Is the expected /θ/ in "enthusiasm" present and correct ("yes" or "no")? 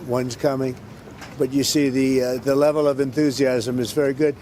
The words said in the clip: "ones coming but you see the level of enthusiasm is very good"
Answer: yes